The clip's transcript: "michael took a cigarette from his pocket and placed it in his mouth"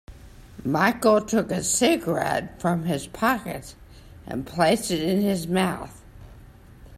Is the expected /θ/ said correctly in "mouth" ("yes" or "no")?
yes